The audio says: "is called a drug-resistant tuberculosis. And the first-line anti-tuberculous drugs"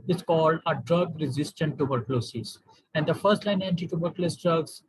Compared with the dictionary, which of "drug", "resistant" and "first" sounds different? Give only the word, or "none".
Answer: none